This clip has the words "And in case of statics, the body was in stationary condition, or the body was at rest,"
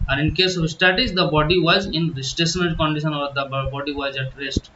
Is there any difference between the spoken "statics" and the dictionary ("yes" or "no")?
yes